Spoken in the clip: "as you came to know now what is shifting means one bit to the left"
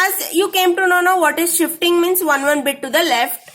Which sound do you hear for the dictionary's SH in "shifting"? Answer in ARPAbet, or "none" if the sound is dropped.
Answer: SH